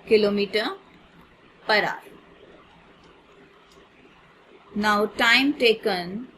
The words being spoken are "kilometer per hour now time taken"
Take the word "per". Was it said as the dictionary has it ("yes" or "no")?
yes